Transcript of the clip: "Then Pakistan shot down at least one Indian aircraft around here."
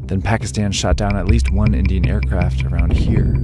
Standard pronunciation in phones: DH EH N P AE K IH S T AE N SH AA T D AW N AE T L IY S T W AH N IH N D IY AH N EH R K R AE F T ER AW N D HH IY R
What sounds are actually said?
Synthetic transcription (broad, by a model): DH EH N P AE K IH S T AE N SH AA T D AW N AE T L IY S T W AH N IH N D IY AH N EH R K R AE F T ER AW N D HH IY R